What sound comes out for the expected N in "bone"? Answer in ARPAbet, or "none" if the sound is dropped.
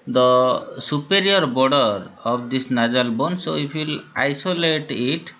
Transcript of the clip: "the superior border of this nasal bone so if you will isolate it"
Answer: N